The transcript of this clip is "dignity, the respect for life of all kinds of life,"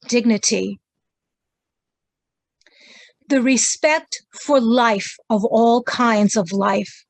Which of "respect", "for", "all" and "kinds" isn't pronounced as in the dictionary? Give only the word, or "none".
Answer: none